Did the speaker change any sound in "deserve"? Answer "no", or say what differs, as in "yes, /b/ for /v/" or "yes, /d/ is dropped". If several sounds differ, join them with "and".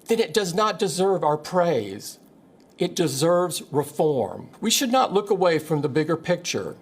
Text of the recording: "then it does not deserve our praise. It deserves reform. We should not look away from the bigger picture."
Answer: no